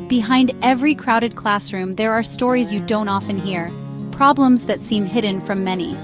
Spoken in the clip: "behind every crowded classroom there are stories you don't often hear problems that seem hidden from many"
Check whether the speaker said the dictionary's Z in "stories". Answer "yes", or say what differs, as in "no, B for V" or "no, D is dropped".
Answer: yes